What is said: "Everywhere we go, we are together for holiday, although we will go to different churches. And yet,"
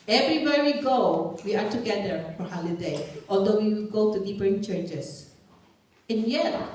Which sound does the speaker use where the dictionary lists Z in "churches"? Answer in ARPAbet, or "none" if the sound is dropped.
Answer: S